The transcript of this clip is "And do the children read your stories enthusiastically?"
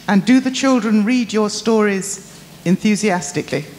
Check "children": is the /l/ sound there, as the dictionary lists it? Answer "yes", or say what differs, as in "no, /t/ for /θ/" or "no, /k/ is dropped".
yes